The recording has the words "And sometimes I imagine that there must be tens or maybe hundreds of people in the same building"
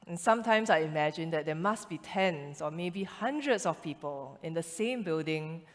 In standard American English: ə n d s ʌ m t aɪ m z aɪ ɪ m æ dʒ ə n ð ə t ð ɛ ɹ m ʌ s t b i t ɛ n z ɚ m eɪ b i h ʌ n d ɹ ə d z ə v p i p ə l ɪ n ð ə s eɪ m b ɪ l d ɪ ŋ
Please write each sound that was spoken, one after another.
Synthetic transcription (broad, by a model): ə n s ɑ m t aɪ m s aɪ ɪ m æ dʒ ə n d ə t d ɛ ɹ m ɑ s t b i t ɛ n s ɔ m eɪ b i h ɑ n d ɹ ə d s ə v p i p ə l ɪ n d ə s eɪ m b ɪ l d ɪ ŋ